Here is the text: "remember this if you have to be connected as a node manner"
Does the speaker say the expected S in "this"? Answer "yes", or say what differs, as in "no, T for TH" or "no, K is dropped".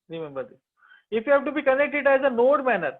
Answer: no, S is dropped